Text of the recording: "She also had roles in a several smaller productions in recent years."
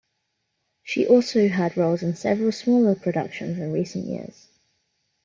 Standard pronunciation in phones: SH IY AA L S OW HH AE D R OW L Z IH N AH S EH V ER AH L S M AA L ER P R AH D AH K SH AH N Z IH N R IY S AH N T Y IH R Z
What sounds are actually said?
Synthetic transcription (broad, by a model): SH IY AA L S OW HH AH D R OW L Z IH N S EH V ER AH L S M AA L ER P R AH D AH K SH AH N Z IH N R IY S AH N T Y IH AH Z